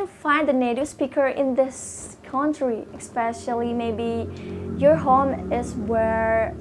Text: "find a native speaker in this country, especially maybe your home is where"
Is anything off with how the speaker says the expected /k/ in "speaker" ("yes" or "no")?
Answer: no